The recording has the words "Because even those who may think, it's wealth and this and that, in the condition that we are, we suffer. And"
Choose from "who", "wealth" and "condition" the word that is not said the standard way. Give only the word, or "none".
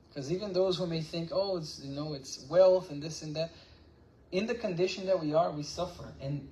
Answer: none